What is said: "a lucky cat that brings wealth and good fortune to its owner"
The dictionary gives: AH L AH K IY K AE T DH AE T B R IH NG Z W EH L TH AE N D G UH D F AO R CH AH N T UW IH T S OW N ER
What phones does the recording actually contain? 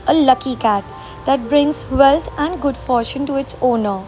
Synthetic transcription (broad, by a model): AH L AH K IY K AE T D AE T B R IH NG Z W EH L T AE N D G UH D F AO R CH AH N T UW IH T S OW N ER